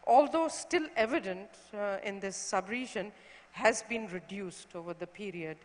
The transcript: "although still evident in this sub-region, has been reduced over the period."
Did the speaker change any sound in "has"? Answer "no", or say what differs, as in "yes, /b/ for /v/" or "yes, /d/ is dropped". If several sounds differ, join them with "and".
no